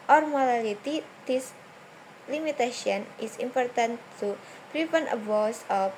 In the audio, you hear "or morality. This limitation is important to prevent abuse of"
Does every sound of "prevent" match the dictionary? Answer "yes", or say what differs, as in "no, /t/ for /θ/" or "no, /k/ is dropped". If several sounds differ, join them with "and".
no, /p/ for /v/